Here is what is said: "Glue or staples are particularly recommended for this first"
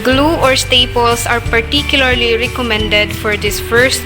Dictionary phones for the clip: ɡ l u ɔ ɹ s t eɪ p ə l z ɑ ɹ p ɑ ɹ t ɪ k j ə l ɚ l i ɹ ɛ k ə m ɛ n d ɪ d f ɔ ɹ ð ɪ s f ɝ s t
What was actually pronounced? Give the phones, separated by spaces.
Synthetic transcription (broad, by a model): ɡ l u ɔ ɹ s t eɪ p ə l s ɑ ɹ p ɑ ɹ t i k j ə l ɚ l i ɹ ɛ k ə m ɛ n d ɪ d f ɔ ɹ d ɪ s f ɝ s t